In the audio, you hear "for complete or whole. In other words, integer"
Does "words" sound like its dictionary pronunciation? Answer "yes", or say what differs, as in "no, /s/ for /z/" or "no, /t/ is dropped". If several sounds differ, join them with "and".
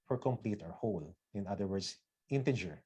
no, /s/ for /z/